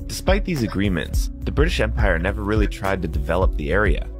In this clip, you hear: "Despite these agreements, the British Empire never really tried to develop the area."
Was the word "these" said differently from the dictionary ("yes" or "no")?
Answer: no